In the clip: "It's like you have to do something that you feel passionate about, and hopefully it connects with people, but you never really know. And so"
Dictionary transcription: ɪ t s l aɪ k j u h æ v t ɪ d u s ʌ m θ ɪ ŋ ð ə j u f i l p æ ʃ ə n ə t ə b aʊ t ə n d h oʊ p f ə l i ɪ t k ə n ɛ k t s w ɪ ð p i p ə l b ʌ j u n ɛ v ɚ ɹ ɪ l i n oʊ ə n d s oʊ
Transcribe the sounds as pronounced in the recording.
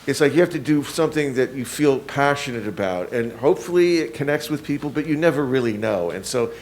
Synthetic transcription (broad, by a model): ɪ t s l aɪ k j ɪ h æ f t ɪ d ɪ s ʌ m θ ɪ ŋ ð ə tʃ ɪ f i l p æ ʃ ə n ə t ə b aʊ t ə n h oʊ p f l i ɪ t k ə n ɛ k t s w ɪ ð p i p l b ʌ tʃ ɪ n ɛ v ɚ ɹ ɪ l i n oʊ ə n s oʊ